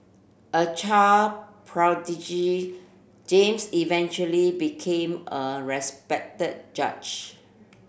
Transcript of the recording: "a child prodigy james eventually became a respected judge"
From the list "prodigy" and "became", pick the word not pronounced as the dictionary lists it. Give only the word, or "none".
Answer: none